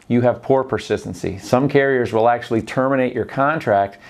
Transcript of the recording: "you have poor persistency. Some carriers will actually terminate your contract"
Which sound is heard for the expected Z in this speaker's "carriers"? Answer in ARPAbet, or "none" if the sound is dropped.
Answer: Z